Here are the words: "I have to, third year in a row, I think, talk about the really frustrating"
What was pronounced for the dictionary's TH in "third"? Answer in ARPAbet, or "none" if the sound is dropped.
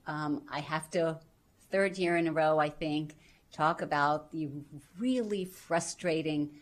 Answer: TH